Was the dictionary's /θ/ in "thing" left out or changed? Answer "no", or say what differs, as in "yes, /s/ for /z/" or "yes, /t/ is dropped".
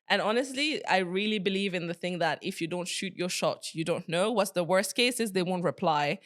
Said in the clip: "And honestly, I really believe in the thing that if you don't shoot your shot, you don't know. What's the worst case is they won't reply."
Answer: no